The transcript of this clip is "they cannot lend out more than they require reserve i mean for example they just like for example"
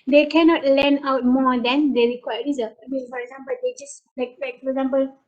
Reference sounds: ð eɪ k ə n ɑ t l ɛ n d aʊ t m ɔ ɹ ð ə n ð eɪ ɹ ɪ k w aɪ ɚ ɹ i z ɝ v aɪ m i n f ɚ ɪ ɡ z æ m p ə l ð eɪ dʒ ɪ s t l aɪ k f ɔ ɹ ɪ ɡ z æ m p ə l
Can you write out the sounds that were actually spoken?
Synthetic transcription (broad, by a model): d eɪ k ə n ɑ t l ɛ n aʊ t m ɔ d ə n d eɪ ɹ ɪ k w aɪ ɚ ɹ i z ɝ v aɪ m i n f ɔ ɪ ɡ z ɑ m p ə l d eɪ dʒ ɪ s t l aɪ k f ɔ ɹ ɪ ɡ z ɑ m p ə l